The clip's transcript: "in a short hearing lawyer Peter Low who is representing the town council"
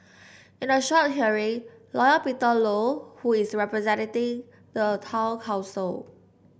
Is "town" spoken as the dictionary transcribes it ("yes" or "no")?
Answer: no